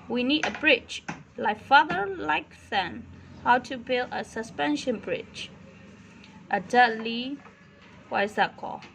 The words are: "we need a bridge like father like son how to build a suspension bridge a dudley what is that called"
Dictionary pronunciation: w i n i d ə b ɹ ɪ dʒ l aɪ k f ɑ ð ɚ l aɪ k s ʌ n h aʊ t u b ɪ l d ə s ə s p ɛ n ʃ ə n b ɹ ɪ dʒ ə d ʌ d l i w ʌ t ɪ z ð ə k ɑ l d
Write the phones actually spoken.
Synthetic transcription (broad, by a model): w i n i d ə b ɹ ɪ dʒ l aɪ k f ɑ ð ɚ l aɪ k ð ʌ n h aʊ t u b ɪ l d ə s ə s p ɛ n ʃ ə n b ɹ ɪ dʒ ə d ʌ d l i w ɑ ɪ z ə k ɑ